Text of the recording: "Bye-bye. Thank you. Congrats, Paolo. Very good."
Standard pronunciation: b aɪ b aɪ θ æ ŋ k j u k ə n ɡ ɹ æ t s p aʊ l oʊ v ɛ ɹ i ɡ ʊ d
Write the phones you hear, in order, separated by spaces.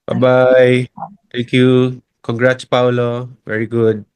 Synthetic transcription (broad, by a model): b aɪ b aɪ t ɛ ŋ k j u k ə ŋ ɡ ɹ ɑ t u p aʊ l oʊ v ɛ ɹ i ɡ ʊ d